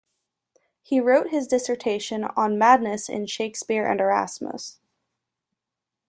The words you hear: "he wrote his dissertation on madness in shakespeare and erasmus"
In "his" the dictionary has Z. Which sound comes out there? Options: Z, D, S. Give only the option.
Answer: Z